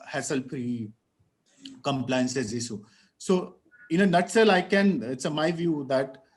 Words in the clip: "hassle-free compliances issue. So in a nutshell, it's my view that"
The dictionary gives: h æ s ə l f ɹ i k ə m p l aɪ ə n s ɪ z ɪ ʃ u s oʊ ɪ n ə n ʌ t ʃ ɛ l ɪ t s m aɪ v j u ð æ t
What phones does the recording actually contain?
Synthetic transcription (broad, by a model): h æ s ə l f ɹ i k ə m p l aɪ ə n s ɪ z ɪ s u s oʊ ɪ n ə n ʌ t s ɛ l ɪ t s m aɪ v j u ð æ t